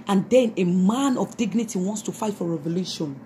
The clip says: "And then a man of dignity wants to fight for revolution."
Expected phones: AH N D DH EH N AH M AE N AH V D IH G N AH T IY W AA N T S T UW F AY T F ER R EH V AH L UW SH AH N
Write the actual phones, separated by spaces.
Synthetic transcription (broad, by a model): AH N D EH N AH M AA N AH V D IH G N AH T IY W AA N T S T UW F AY T F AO R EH V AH L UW SH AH N